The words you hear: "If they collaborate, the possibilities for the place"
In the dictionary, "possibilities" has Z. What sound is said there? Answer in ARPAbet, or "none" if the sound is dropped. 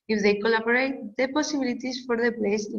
S